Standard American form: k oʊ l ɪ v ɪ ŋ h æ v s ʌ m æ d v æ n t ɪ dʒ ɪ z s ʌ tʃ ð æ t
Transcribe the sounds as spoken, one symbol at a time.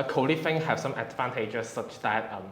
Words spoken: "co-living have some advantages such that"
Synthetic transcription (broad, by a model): k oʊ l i f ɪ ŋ h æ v s ʌ m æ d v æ n t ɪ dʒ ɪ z s ʌ tʃ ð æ t